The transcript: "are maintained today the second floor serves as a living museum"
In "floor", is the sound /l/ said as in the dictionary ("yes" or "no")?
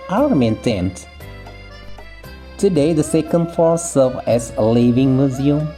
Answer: no